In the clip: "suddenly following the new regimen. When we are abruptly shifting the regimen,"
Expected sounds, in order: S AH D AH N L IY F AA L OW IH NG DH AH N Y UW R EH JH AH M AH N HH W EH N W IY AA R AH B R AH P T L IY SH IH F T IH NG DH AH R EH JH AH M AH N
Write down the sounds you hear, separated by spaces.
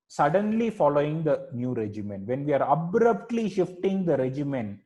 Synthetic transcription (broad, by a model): S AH D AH N L IY F AA L OW IH NG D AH N Y UW R EH JH AH M AH N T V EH N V IY AA R AH B R AH P T L IY SH IH F T IH NG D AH R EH JH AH M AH N